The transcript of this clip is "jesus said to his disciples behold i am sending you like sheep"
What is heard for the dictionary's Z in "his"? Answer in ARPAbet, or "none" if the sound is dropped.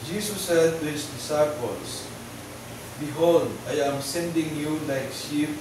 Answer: S